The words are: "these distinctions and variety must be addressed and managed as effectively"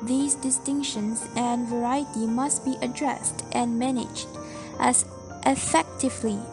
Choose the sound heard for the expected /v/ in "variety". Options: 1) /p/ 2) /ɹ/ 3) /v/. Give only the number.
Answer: 3